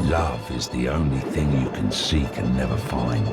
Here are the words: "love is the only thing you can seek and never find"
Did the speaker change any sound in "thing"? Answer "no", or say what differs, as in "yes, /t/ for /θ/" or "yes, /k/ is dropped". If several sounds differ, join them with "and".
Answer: no